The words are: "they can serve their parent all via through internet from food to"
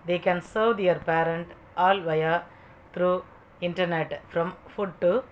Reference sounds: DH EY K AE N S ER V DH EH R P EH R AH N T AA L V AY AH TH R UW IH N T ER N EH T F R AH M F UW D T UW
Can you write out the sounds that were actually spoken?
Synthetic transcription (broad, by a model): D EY K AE N S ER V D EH R P EH R AH N T AA L V AY AH T R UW IH N T ER N EH T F R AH M F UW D T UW